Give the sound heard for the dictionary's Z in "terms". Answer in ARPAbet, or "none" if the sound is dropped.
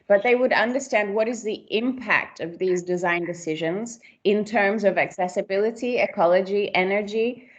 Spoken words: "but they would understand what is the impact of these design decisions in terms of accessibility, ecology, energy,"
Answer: Z